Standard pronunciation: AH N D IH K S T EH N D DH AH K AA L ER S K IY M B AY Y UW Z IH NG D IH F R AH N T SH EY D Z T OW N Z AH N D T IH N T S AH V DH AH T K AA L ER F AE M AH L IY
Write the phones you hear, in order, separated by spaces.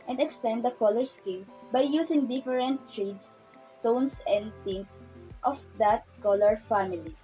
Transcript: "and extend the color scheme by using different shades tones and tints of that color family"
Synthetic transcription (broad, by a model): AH N D IH K S T EH N D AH K AA L ER S K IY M B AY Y UW S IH NG D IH F R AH N T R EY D S T OW N S AH N D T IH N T S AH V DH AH T K AA L ER F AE M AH L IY